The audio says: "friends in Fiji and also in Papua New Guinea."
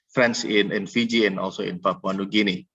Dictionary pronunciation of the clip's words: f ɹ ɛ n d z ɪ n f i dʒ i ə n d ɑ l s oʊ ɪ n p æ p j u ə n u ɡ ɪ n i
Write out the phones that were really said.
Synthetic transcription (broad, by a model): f ɹ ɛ n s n ɪ n f i dʒ i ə n ɑ l s oʊ ɪ n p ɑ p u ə n u ɡ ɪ n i